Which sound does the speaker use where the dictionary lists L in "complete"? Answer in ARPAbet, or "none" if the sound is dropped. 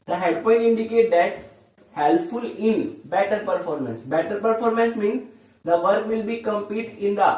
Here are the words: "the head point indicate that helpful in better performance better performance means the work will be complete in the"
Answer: none